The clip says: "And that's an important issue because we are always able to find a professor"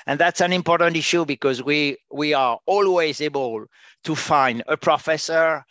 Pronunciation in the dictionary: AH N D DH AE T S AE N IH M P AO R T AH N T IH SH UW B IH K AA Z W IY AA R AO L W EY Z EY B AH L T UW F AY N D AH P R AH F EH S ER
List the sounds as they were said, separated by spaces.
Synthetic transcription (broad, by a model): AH N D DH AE T S AE N IH M P AO R T AH N T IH SH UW B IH K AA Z W IY AA R AO L W EY Z EY B AH L T UW F AY N D AH P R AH F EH S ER